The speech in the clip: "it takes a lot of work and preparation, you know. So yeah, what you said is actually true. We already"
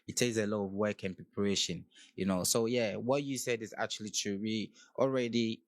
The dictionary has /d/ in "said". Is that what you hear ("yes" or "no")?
yes